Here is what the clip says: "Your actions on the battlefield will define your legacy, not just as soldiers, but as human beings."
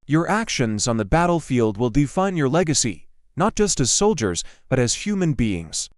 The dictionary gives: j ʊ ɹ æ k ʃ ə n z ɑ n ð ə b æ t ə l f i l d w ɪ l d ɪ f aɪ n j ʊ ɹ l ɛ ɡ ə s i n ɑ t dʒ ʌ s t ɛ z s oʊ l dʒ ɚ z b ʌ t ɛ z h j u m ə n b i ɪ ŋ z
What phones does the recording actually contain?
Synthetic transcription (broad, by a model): j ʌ ɹ æ k ʃ ə n z n ð ə b æ t l f i l d w ɪ l d ɪ f aɪ n j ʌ ɹ l ɛ ɡ ə s i n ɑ t dʒ ʌ s t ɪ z s oʊ l dʒ ɚ z b ʌ t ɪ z h j u m ə n b i ɪ ŋ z